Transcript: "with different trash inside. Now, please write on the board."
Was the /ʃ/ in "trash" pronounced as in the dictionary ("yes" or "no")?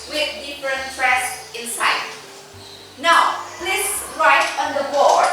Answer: no